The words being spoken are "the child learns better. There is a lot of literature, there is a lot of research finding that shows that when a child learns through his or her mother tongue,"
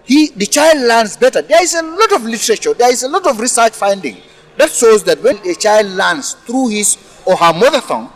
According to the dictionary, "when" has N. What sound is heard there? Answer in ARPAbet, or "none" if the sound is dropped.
L